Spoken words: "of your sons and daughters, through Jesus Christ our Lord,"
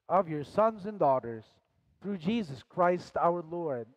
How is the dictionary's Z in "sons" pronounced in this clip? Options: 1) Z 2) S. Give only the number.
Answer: 1